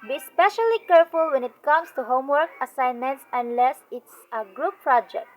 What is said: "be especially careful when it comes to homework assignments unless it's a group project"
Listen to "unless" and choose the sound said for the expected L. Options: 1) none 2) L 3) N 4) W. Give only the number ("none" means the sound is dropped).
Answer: 2